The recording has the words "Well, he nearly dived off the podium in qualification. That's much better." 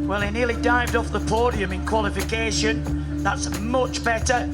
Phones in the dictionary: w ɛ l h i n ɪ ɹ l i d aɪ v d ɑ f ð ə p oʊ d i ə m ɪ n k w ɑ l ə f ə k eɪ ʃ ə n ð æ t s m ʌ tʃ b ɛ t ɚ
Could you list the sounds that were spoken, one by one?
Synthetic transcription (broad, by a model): w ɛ l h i n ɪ l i d aɪ v d ɑ f ð ə p oʊ d i ə m ɪ n k w ɑ l ə f ə k eɪ ʃ ə n ð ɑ t s m ʌ tʃ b ɛ t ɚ